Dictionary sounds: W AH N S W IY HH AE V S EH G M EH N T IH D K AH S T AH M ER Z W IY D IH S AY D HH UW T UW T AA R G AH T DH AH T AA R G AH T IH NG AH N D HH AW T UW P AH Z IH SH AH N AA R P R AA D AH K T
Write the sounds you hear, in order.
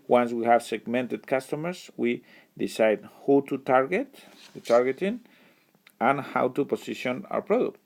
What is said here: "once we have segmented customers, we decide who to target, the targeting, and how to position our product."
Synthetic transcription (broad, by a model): W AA N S W IY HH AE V S EH G M EH N T IH D K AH S T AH M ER S W IY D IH S AY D HH UW T UW T AA R G AH T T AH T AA R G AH T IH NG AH N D HH AW T UW P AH S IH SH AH N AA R P R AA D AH K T